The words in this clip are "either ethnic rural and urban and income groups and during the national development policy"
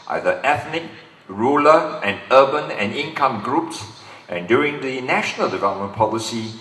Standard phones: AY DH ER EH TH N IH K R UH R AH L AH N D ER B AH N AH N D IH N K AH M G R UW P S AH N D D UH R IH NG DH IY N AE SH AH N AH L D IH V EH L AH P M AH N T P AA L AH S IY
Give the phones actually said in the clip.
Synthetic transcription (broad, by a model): AY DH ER EH TH N IH K R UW L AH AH N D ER B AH N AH N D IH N K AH M G R UW P S AH N D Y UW R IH NG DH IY N AE SH AH N AH L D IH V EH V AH M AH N P AA L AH S IY